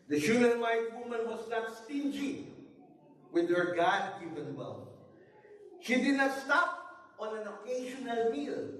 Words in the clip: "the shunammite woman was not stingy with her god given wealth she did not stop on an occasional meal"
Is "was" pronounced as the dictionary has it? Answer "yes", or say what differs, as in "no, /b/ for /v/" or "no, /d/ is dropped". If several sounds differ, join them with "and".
no, /s/ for /z/